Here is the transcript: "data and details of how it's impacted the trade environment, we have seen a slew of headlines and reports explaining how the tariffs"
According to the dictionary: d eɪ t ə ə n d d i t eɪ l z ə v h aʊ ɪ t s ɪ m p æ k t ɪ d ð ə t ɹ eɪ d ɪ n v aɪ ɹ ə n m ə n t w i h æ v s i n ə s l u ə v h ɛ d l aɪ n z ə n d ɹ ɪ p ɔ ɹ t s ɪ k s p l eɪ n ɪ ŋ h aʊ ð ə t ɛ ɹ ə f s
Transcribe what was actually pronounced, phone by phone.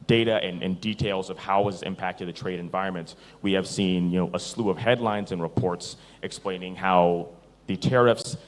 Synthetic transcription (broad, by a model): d eɪ t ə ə n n d i t eɪ l z ə v h aʊ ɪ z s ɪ m p æ k t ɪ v ð ə t ɹ eɪ d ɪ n v aɪ ɹ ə n m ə n t w i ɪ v s i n ə s l u ə v h ɛ d l aɪ n z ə n ɹ ɪ p ɔ ɹ t s ɪ k s p l eɪ n ɪ ŋ h aʊ ð ə t ɛ ɹ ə f s